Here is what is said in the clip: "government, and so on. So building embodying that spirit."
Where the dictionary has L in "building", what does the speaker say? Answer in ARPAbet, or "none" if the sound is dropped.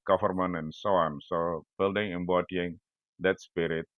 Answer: L